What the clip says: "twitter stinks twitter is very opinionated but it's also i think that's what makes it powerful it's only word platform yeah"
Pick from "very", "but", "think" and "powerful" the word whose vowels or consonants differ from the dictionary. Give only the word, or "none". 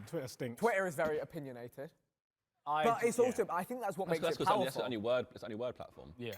powerful